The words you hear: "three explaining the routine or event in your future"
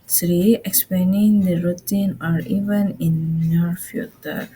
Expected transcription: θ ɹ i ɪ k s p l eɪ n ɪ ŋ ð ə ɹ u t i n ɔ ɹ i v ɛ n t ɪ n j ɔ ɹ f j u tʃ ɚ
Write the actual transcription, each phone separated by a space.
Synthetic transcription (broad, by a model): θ ɹ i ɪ k s p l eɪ n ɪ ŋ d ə ɹ u t i n ɔ ɹ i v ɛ n ɪ n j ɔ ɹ f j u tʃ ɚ